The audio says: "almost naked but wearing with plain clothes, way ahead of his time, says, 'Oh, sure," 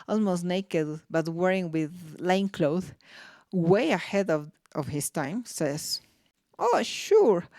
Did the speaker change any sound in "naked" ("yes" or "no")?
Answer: no